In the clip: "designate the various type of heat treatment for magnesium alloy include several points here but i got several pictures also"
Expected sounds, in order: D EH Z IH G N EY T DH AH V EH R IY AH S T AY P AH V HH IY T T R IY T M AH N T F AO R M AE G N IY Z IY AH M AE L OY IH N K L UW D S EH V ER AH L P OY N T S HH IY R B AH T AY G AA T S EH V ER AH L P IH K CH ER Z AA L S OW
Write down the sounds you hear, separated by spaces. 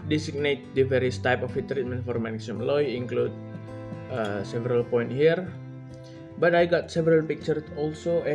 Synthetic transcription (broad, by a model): D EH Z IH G N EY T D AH V EH R IY AH S T AY P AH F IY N T R IY T M AH N T F AO R M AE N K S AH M L OY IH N K L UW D S EH V ER AH L P OY N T HH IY R B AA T AY G AA T S EH V ER AH L P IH K CH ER S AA L S OW